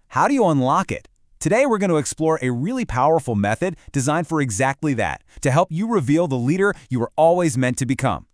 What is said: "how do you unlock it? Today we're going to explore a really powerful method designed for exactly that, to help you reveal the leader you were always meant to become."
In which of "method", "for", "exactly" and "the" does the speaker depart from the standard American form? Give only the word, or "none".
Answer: none